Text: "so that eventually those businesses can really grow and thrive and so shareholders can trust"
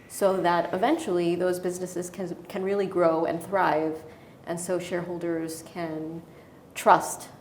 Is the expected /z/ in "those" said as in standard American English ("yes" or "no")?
yes